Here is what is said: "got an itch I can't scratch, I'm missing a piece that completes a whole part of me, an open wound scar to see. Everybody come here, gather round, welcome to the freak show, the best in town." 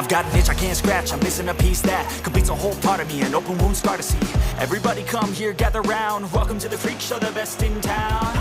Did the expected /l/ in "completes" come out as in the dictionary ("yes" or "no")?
no